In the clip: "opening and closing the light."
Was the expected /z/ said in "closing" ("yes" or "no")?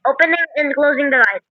yes